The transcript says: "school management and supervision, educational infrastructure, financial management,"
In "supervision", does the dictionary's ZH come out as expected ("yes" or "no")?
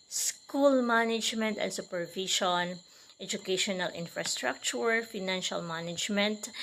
no